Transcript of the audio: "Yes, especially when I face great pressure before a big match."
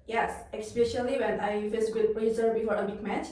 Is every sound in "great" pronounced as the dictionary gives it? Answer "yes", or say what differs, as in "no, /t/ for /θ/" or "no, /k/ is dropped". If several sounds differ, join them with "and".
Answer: no, /ɹ/ is dropped